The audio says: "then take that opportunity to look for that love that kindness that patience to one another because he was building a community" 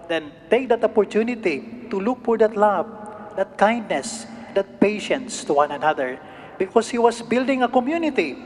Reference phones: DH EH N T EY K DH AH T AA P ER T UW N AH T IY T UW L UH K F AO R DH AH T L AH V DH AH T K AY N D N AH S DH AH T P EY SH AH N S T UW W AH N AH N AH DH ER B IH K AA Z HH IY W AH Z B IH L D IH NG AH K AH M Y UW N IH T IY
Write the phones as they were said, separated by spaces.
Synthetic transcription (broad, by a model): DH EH N T EY K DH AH T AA P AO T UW N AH T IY T UW L UH K F AO R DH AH T L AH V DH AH T K AY N D N AH S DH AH T P EY SH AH N S T UW W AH N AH N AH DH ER B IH K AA S HH IY W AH S B IH L D IH NG AH K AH M Y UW N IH T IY